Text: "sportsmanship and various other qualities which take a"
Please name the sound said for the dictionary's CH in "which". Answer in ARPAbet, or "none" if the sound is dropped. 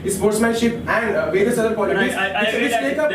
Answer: S